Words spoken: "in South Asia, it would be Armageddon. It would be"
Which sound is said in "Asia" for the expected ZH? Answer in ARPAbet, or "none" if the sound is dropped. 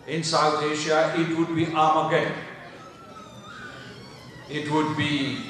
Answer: SH